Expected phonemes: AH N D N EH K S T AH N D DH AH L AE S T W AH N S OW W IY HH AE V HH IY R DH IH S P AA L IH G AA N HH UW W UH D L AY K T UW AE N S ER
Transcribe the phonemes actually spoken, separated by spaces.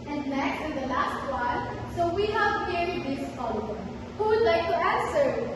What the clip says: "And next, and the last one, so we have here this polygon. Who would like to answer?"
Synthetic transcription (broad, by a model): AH N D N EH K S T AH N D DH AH L AE S T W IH L S OW W IY HH AE V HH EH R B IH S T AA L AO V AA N HH UW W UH D L AY K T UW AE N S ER